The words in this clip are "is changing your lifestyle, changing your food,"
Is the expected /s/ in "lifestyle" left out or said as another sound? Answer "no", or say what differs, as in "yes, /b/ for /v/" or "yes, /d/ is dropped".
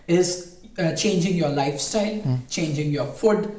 no